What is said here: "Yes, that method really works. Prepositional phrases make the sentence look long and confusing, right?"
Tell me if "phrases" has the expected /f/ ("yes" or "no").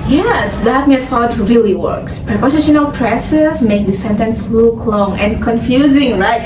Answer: no